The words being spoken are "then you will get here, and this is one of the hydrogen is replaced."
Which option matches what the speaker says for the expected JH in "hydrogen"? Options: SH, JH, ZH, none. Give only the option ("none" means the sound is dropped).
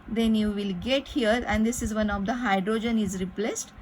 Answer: JH